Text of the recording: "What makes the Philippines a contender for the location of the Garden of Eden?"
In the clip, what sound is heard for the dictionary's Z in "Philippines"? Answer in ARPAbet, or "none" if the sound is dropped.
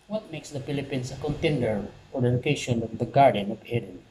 S